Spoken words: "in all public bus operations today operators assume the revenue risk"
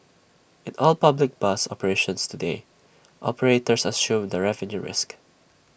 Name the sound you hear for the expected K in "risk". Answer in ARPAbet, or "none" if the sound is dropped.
K